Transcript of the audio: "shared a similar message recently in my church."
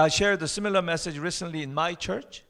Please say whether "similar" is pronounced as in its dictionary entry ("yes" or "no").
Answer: yes